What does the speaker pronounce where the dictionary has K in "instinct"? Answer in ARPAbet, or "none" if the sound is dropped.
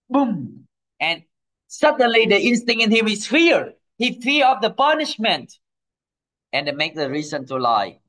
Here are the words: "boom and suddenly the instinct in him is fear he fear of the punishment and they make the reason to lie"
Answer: none